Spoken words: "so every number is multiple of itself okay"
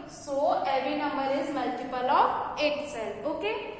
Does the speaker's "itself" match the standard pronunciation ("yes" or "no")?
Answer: no